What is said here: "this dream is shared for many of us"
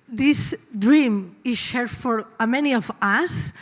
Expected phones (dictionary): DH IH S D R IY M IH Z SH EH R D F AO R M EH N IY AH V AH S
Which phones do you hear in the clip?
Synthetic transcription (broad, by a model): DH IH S D R IY M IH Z SH EH R D F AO R M EH N IY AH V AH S